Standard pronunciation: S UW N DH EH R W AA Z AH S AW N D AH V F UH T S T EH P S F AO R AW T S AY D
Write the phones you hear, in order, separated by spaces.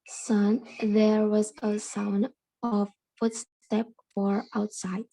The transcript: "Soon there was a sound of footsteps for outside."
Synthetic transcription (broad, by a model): S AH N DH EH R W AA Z AH S AW N D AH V F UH T S T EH P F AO R AW T S AY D